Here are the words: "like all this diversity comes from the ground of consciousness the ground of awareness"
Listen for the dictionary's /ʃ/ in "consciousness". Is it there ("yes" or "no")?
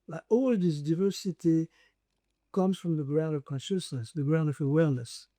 yes